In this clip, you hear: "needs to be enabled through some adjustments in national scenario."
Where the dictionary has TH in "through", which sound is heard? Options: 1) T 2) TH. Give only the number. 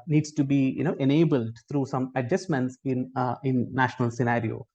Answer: 1